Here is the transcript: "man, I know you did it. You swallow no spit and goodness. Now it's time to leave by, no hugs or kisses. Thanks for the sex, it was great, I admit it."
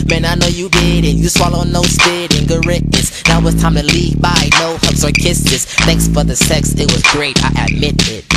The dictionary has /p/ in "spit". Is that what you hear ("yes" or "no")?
no